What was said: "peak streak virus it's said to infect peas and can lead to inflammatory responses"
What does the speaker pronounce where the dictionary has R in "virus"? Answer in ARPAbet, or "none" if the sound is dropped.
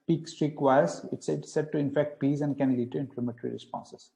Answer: none